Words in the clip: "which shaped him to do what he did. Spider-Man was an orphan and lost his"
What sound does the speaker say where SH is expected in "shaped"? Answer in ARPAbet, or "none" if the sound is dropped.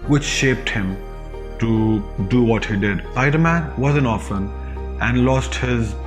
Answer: SH